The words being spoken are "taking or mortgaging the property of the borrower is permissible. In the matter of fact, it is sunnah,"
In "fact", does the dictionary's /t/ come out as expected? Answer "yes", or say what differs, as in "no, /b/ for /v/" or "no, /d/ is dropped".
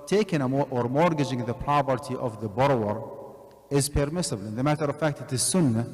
yes